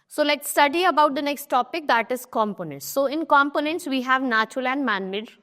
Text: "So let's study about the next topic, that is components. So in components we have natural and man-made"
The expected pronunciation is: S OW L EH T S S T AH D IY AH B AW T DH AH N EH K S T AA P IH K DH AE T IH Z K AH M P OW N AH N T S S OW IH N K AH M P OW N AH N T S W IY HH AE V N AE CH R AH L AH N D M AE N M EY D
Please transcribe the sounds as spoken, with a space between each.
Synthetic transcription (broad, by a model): S OW L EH T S S T AH D IY AH B AW T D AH N EH K S T AA P IH K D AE T IH Z K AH M P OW N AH N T S S OW IH N K AH M P OW N AH N T S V IY HH AE V N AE CH R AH L AH N D M AE N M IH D